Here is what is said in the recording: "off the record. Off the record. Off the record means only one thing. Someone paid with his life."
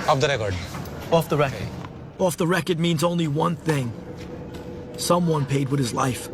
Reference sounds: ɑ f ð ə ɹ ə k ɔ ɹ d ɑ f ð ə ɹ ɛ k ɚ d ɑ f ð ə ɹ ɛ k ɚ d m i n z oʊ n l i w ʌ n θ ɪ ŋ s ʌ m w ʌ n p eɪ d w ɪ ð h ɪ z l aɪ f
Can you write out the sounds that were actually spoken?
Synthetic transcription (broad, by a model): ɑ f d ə ɹ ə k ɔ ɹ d ɑ f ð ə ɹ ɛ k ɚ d ɑ f ð ə ɹ ɛ k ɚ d m i n z oʊ n l i w ʌ n θ ɪ ŋ s ʌ m w ʌ n p eɪ d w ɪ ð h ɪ z l aɪ f